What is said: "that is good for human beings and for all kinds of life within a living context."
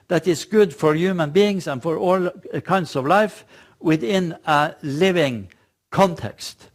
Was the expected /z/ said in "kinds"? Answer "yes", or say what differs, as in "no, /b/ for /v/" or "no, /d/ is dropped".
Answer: no, /s/ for /z/